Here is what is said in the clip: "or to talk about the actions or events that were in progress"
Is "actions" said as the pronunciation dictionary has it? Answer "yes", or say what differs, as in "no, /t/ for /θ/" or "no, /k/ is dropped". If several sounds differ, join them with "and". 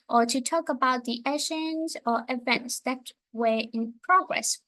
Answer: no, /k/ is dropped